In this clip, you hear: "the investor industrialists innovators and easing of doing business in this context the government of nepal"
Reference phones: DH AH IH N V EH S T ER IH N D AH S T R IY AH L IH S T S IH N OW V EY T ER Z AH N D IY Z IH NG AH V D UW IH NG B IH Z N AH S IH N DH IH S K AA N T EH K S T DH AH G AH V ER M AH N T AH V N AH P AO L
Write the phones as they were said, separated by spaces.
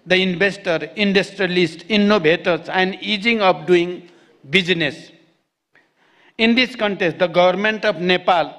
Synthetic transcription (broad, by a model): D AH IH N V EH S T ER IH N D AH S T R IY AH L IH S T IY N OW B EY T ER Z AH N D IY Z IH NG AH P D UW IH NG B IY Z N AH S IH N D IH S K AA N T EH S T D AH G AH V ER M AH N T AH B N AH P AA L